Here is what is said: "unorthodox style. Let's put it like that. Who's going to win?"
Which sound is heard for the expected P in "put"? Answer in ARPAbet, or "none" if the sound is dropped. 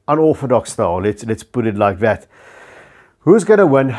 B